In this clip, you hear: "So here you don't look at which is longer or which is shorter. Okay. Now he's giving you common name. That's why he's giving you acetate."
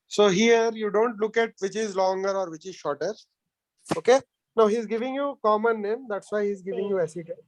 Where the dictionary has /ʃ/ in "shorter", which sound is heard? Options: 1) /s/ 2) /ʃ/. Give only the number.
2